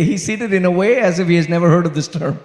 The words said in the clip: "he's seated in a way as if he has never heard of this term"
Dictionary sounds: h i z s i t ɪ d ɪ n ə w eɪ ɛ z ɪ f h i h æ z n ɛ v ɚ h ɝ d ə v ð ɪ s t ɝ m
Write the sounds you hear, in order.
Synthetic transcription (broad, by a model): h i s i t ɪ d ɪ n ə w eɪ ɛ z ɪ f h i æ z n ɛ v ɚ h ɝ d ə v ð ɪ s t ɝ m